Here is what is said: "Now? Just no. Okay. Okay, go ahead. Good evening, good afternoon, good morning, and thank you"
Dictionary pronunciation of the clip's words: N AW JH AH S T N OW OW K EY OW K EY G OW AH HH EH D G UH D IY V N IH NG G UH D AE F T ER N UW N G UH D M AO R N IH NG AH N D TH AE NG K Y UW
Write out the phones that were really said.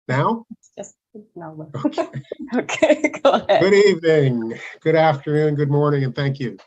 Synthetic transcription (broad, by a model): N AW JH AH S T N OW OW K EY OW K EY G OW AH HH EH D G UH D IY V N IH NG G UH D AE F T ER N UW N G UH D M AO R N IH NG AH N TH AE NG K Y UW